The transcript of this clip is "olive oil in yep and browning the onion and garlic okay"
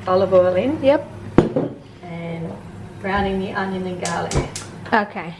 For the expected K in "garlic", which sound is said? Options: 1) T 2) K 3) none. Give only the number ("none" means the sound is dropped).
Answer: 3